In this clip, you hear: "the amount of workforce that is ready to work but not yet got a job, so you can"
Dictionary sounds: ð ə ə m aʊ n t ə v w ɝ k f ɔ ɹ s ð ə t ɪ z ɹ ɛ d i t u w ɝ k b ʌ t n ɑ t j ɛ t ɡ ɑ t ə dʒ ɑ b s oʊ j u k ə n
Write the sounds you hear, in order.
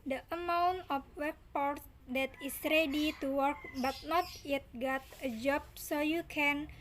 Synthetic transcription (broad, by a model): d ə ə m aʊ n t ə f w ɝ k p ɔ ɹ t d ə t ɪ s ɹ ɛ d i t u w ɝ k b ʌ t n ɑ t j ɛ t ɡ ɑ t ə dʒ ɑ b s oʊ j u k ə n